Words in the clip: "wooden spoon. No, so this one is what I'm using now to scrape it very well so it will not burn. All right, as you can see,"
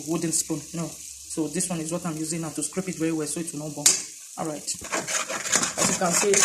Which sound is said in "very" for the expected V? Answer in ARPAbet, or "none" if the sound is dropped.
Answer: W